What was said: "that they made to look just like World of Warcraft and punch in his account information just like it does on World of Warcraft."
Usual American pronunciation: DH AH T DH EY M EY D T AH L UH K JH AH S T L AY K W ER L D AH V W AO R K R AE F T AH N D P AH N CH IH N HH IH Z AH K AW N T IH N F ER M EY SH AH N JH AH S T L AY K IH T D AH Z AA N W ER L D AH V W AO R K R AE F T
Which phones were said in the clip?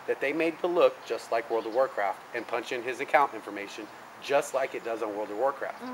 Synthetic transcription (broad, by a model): DH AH T DH EY M EY D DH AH L UH K JH AH S T L AY K W ER L D AH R W AO R K R AE F T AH N P AH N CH IH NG IH Z AH K AW N T IH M F ER M EY SH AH N JH AH S T L AY K IH T D AH Z N W ER L D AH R W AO R K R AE F T